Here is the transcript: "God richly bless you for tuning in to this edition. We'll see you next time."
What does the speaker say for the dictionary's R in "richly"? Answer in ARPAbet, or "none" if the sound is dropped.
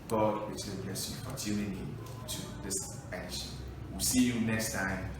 W